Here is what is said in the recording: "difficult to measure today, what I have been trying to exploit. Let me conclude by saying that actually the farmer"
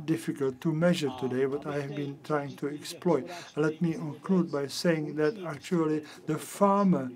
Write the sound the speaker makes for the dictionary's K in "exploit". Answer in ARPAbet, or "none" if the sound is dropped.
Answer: K